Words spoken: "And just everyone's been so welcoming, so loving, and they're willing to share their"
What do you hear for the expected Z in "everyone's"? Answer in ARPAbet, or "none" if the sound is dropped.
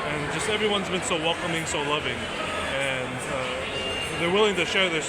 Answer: Z